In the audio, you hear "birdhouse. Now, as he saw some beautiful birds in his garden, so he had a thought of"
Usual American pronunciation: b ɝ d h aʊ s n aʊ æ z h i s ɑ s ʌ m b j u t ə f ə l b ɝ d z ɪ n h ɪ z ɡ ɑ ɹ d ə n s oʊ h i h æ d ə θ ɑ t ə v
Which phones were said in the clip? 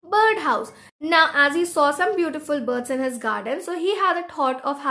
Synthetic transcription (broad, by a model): b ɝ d h aʊ s n aʊ æ z h i s ɑ s ʌ m b j u t ə f ə l b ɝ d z ɪ n h ɪ z ɡ ɑ ɹ d ə n s oʊ h i h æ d ə t ɑ t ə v